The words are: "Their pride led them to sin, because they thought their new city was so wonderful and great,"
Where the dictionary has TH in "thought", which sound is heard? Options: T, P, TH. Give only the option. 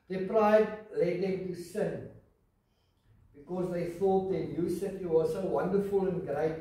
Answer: TH